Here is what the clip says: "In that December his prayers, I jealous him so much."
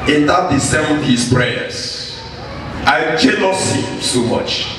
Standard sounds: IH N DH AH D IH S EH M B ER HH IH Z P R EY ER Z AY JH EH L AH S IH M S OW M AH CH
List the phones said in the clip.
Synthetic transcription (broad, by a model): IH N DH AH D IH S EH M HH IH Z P R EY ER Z AY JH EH N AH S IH S OW M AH CH